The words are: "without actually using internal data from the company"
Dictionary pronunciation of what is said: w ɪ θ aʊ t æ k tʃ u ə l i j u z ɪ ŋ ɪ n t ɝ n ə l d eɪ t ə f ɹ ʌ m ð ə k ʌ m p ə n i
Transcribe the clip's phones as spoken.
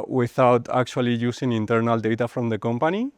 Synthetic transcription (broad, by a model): w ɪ θ aʊ t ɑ k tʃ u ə l i j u s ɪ ŋ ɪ n t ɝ n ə l d eɪ t ə f ɹ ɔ m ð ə k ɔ m p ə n i